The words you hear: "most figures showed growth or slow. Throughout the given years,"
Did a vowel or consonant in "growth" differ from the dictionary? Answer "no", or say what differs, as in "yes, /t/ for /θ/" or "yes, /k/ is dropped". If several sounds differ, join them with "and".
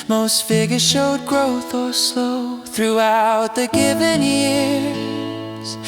no